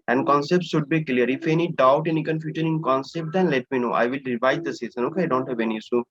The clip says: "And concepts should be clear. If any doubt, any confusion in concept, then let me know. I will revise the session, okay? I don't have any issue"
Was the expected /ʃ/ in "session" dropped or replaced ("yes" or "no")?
yes